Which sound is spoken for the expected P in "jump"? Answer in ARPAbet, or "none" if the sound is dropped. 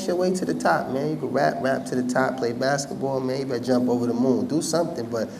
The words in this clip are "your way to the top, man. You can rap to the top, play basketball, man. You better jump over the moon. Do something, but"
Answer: P